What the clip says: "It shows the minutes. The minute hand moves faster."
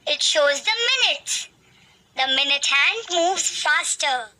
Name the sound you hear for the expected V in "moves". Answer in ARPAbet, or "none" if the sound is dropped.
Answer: V